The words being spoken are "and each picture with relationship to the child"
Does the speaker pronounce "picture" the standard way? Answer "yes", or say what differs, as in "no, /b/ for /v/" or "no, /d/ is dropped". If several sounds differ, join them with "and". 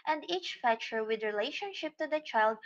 no, /f/ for /p/ and /k/ is dropped